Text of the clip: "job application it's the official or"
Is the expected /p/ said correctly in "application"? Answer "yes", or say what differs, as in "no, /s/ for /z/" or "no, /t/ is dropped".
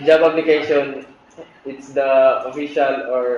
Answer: no, /b/ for /p/